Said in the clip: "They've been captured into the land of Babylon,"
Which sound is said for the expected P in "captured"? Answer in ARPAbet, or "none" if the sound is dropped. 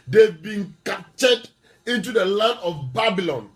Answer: none